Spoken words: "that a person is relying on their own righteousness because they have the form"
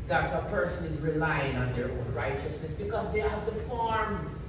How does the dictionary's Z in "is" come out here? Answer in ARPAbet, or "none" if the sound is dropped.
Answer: Z